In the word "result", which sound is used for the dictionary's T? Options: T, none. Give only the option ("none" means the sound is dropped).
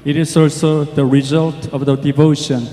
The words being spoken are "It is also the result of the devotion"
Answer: T